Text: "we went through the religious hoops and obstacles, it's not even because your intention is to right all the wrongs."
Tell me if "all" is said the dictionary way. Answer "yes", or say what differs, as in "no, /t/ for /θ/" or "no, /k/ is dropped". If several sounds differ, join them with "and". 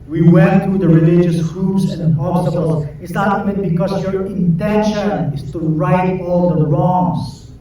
yes